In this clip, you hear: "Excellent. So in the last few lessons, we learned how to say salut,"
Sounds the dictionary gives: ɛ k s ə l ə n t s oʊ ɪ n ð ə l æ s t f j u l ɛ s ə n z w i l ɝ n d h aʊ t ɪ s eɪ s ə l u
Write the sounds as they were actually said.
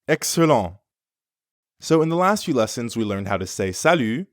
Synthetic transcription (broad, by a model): ɛ k s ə l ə s oʊ ɪ n ð ə l æ s t f j u l ɛ s ə n z w i l ɝ n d h aʊ t ɪ s eɪ s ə l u